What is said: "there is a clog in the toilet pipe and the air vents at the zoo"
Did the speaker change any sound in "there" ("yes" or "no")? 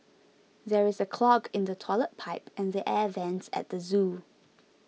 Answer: no